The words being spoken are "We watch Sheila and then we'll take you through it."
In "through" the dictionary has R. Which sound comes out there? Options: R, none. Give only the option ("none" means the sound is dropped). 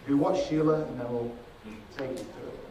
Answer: none